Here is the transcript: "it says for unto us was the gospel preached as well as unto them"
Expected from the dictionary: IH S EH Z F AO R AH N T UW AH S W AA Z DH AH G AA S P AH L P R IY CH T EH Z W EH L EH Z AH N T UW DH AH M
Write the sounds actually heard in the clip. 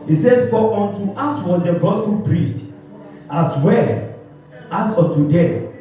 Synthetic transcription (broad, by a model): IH S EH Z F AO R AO N T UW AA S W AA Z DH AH G AA S P AH L P R IY S T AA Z W EH L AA S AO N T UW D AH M